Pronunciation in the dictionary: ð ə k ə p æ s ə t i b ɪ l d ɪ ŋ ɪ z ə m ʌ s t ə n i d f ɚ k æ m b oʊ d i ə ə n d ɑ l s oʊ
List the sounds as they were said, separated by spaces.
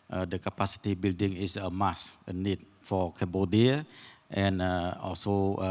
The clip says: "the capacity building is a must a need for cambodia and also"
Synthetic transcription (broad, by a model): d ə k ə p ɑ s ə t i b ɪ l d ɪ ŋ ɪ s ə m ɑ s ə n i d f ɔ k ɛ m b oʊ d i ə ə n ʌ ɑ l s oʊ